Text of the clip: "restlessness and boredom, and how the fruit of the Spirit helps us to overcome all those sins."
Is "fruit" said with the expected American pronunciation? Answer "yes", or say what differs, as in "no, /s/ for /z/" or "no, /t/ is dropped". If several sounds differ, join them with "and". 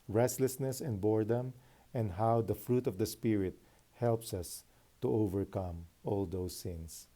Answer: yes